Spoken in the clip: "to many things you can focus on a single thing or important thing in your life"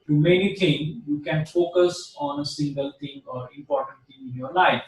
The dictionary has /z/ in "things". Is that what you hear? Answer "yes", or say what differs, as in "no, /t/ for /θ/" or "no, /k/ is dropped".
no, /z/ is dropped